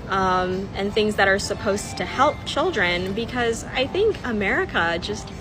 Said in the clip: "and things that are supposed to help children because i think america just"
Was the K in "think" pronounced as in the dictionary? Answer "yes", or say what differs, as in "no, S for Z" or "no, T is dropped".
yes